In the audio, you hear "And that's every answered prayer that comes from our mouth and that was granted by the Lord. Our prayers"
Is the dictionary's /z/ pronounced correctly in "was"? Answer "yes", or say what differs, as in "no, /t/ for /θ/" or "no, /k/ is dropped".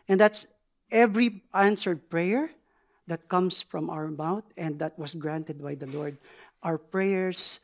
no, /s/ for /z/